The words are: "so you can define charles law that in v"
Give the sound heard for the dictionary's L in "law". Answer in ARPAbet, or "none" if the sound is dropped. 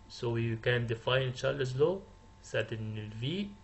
L